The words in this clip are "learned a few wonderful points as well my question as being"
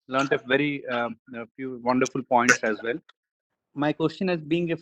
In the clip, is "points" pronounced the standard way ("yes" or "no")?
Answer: yes